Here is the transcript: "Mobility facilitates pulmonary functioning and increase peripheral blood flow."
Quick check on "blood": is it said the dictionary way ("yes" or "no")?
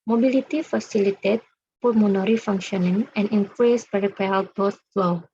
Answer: no